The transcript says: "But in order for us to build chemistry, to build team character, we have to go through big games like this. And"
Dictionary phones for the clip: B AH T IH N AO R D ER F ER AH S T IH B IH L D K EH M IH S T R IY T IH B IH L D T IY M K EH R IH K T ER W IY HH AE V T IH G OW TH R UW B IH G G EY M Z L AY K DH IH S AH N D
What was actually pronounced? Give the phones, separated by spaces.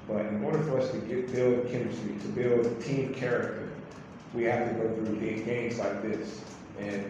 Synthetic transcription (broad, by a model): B AH T IH N AO R D ER F ER AH S T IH B IH L D K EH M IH S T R IY T IH B IH L D T IY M K EH R IH K T ER W IY HH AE F T IH G OW TH R UW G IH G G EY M Z L AY K DH IH S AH N